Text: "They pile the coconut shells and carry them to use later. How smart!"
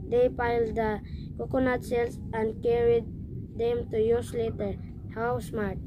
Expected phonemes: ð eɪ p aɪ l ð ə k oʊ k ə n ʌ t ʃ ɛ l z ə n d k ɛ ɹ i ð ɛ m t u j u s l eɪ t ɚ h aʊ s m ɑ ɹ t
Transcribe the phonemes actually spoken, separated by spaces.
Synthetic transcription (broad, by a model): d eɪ p aɪ l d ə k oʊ k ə n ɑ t s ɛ l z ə n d k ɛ ɹ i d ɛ m t u j u s l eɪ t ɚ h aʊ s m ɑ ɹ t